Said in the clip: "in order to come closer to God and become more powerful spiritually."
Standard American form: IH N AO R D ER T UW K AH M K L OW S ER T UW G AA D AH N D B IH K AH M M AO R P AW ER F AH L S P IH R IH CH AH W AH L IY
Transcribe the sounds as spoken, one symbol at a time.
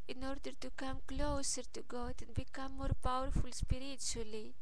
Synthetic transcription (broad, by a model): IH N AO R D ER T UW K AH M K L OW S ER T UW G AA D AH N B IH K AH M M AO R P AW ER F AH L S P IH R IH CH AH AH L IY